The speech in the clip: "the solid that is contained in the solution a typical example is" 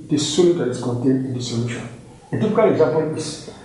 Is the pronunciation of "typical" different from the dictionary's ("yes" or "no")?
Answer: yes